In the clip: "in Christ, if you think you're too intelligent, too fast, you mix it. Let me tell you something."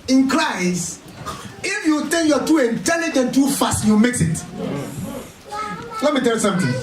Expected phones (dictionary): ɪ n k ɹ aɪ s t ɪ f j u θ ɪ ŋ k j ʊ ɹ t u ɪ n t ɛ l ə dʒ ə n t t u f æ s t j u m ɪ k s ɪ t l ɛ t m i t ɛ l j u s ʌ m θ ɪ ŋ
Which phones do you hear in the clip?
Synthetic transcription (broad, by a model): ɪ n k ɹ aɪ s ɪ f j u t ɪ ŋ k j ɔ t u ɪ n t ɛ l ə dʒ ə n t t u f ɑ s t j u m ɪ k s ɪ t l ɛ t m i t ɛ l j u s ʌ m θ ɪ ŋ